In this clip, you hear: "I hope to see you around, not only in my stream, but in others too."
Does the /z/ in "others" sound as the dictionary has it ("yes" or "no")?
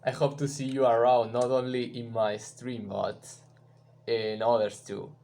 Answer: no